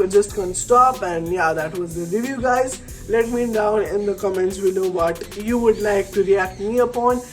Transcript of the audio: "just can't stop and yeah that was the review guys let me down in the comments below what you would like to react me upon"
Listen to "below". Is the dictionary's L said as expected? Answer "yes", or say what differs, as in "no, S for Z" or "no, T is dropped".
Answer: no, N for L